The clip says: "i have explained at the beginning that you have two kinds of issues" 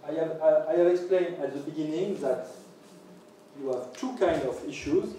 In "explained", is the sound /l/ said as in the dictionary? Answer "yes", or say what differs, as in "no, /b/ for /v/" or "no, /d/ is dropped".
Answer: yes